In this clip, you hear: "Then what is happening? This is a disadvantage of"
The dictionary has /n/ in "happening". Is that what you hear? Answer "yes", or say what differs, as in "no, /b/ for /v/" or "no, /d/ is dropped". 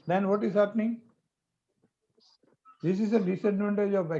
yes